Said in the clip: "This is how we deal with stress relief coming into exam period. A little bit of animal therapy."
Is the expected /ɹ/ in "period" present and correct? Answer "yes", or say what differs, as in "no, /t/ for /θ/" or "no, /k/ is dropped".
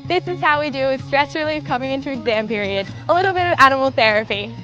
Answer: yes